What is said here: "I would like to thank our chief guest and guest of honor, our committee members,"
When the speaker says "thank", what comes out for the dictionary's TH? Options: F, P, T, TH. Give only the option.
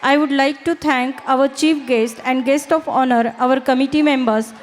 T